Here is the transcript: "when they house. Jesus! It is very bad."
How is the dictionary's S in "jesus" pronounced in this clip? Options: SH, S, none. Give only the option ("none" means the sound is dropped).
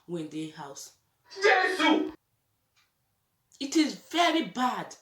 none